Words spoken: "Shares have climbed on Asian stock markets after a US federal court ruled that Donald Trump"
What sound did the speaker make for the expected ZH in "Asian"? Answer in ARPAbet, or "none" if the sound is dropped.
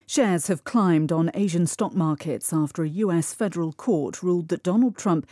ZH